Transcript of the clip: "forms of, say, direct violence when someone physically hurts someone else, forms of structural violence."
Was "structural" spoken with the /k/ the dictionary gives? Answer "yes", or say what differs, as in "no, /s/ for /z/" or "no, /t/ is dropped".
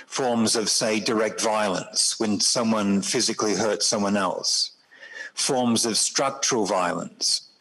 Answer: yes